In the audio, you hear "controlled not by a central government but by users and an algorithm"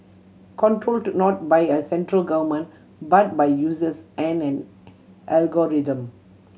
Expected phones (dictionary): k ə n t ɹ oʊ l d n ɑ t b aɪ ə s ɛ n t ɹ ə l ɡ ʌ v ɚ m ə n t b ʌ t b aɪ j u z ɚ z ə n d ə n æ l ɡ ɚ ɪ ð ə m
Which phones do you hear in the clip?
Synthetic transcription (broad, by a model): k ə n t ɹ oʊ l d n ɑ t b aɪ ə s ɛ n t ɹ ə l ɡ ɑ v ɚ m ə n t b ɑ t b aɪ j u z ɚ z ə n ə n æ l ɡ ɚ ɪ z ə m